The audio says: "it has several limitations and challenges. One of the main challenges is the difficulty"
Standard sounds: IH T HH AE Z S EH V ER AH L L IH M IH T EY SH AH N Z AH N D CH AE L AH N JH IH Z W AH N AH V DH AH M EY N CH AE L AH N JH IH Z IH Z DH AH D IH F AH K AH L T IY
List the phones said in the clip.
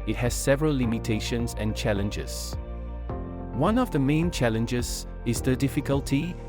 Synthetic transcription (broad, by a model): IH T HH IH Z S EH V ER AH L L IH M IH T EY SH AH N Z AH N CH AE L AH N JH IH Z W AH N AH V DH AH M EY N CH AE L AH N JH IH Z IH Z DH AH D IH F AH K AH L T IY